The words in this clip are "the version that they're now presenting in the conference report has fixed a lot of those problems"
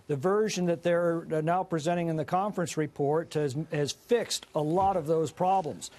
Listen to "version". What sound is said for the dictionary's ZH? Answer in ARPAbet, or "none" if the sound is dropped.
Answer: ZH